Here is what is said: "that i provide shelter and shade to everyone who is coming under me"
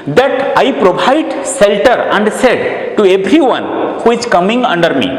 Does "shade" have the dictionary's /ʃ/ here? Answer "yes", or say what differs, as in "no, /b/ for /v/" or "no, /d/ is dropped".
no, /s/ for /ʃ/